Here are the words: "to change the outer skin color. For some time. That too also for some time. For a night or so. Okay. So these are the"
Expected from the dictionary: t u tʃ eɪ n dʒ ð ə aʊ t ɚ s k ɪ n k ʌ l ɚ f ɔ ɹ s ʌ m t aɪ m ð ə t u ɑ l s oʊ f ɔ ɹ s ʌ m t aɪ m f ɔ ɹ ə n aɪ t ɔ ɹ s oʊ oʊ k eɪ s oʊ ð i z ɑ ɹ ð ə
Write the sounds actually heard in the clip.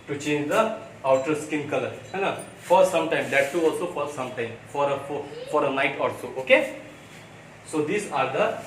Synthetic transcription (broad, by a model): t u tʃ eɪ n dʒ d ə aʊ t ɚ s k ɪ n k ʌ l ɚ f ɔ ɹ s ʌ m t aɪ m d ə t u ɑ l s oʊ f ɔ ɹ s ʌ m t aɪ m f ɔ ɹ ə n aɪ t ɔ l s oʊ oʊ k eɪ s oʊ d i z ɑ ɹ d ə